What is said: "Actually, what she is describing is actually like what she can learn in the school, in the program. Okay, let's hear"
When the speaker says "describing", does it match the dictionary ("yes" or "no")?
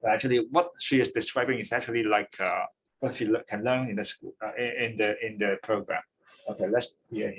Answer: yes